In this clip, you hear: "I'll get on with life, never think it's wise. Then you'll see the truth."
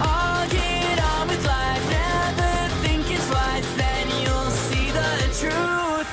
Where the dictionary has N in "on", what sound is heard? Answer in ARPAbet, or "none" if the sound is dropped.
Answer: L